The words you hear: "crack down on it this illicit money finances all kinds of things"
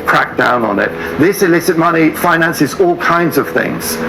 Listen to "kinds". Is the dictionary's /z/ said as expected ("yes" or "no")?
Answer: yes